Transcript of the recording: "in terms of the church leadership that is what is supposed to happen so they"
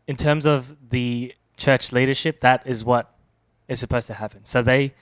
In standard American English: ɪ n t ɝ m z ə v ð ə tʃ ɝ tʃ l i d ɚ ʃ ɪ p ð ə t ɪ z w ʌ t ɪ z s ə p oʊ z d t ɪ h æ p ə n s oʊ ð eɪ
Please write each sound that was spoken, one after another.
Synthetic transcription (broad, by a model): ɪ n t ɝ m z ə v ð ə tʃ ɝ tʃ l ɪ d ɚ ʃ ɪ p ð ə t ɪ z w ʌ t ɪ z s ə p oʊ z t ɪ h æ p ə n s oʊ ð eɪ